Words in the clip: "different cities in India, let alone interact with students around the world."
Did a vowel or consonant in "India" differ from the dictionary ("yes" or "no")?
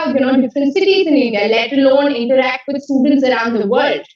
yes